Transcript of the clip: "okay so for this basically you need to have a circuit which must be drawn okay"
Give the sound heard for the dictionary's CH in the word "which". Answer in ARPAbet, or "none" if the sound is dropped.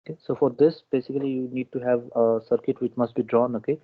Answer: CH